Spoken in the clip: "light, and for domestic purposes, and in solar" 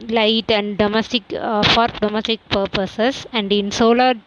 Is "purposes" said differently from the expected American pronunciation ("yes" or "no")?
yes